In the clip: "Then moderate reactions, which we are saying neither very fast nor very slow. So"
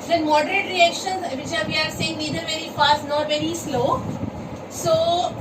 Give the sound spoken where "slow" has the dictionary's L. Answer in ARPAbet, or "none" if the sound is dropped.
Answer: L